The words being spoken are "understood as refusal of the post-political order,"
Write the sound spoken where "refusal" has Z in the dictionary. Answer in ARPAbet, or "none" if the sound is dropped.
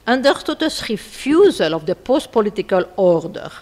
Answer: Z